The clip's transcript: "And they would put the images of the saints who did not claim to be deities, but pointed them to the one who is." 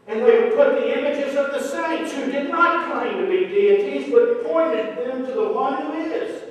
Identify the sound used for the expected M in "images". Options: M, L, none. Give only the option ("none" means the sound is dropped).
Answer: M